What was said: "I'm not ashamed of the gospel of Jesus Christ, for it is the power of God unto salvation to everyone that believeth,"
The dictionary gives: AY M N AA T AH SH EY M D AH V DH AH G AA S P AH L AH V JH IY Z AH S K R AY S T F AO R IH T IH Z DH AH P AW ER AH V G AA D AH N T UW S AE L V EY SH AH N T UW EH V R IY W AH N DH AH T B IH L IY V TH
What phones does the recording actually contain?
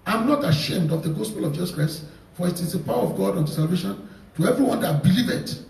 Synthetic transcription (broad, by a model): AY M N AA T AH SH EY M D AH V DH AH G AA S P AH L AH V JH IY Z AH S K R AY S T F AO R IH T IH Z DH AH P AW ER AH V G AA D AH N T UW S AE L V EY SH AH N T UW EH V R IY W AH N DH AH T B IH L IY V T